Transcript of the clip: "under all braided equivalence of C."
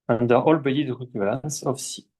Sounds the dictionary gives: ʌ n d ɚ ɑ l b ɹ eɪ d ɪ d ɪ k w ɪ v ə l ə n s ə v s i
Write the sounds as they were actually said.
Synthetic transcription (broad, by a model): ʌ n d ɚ ɑ l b eɪ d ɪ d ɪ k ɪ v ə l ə n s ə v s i